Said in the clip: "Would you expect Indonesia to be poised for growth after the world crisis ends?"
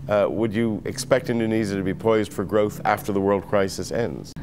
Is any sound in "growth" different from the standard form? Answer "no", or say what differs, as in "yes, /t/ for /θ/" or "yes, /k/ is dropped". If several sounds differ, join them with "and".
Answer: no